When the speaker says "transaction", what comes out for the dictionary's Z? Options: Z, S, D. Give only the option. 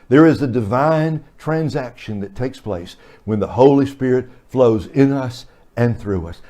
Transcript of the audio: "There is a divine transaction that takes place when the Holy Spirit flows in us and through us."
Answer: Z